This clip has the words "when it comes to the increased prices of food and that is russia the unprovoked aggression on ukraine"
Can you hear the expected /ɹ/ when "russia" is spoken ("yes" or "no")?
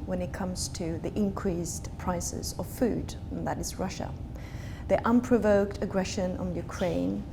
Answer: yes